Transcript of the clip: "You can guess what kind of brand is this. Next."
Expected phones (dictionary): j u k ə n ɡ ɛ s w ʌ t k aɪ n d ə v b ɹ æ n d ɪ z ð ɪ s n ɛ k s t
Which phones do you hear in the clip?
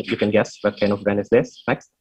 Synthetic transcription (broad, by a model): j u k ə n ɡ ɛ s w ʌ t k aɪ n ə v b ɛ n ɪ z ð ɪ s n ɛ k s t